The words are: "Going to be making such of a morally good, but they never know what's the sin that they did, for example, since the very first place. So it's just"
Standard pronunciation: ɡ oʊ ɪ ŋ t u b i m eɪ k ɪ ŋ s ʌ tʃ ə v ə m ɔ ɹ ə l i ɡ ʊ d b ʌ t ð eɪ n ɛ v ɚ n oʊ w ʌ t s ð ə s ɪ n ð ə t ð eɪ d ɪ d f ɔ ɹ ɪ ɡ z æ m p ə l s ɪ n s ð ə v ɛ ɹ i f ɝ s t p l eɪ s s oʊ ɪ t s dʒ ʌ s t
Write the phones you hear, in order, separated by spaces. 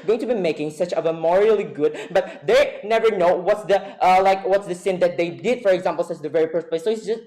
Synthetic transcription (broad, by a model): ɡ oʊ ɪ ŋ t u b i m eɪ k ɪ ŋ s ʌ tʃ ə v ə m ɔ ɹ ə l i ɡ ʊ d b ʌ t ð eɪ n ɛ v ɚ n oʊ w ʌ t s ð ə s ɪ n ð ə t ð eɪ d ɪ d f ɔ ɹ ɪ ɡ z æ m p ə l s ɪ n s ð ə v ɛ ɹ i p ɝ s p eɪ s s oʊ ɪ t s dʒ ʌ s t